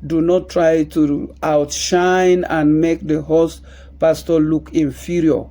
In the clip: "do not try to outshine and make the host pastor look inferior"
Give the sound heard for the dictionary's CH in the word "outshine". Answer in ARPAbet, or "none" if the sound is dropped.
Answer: CH